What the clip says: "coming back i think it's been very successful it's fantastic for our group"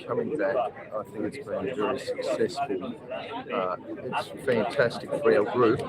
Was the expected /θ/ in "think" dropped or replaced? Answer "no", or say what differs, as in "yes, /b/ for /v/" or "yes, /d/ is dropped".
no